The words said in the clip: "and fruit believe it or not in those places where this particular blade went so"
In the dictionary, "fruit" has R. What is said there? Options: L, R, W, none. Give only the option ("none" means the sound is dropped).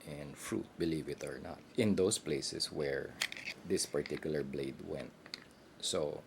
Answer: R